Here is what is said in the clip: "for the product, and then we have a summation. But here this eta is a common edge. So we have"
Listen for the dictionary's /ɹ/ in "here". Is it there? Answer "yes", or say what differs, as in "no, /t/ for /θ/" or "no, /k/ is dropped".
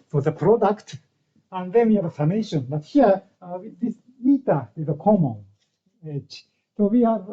no, /w/ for /ɹ/